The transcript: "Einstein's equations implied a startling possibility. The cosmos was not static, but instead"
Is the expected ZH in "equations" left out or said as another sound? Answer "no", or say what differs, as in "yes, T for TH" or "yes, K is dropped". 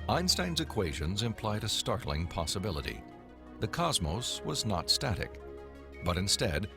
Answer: no